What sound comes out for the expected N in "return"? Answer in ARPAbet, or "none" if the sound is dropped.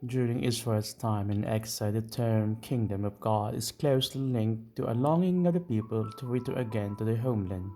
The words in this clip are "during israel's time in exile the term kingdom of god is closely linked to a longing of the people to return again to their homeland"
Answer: none